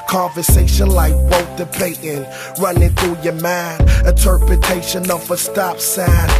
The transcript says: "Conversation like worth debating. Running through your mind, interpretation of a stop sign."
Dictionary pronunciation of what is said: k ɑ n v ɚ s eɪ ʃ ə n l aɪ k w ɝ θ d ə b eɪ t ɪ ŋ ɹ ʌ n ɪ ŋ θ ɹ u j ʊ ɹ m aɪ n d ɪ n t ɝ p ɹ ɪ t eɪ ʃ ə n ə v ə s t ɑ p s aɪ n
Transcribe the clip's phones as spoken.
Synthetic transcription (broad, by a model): k ɑ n v ɚ s eɪ ʃ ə n l aɪ k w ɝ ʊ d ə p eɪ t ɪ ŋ ɹ ʌ n ɪ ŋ θ ɹ u j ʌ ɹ m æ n ɪ n t ɝ p ɹ ɪ t eɪ ʃ ə n ə v ə s t ɑ p s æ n